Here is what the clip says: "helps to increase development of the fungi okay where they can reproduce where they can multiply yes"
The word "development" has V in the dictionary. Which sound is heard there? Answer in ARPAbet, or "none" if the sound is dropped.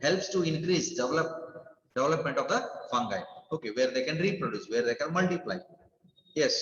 V